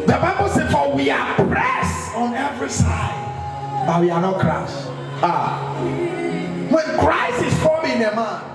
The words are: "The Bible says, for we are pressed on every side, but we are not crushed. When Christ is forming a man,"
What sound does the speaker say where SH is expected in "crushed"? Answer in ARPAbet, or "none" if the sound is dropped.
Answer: S